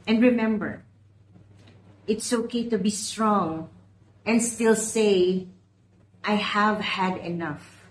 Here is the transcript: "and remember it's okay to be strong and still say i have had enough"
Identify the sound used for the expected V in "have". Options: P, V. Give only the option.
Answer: V